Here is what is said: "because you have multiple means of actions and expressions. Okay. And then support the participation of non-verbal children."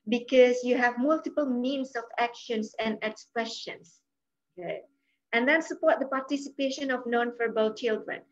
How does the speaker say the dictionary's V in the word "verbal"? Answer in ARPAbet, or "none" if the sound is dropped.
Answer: F